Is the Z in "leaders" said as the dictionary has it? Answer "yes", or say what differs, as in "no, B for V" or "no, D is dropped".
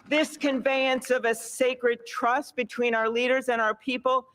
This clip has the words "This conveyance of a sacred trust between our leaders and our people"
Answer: yes